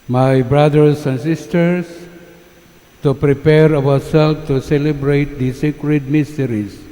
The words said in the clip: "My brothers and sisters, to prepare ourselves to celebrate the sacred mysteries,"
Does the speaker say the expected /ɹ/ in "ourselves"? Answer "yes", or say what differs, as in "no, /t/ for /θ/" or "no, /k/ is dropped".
no, /w/ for /ɹ/